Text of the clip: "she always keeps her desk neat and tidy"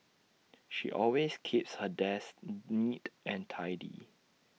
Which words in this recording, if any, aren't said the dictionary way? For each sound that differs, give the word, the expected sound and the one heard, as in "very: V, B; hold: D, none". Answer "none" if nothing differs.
always: Z, S